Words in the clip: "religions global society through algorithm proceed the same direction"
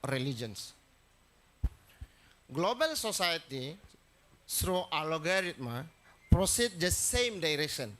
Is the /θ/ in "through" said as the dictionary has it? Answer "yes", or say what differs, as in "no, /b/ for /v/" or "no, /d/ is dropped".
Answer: no, /s/ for /θ/